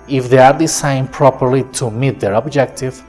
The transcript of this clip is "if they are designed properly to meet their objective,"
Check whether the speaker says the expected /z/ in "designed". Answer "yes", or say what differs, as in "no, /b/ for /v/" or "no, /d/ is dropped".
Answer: no, /s/ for /z/